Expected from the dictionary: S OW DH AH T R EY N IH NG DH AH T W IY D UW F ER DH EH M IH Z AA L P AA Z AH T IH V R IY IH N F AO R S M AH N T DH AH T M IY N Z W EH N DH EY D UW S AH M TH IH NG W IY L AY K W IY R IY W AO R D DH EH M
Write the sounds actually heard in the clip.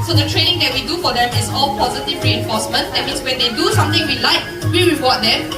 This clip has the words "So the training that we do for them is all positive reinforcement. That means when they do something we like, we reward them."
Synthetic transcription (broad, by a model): S OW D AH T R EY N IH NG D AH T W IY D UW F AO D EH M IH S AA L P AA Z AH T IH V R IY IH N F AO S M AH N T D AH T M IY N S W EH N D EY D UW S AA M T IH NG W IY L AY K W IY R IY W AO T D EH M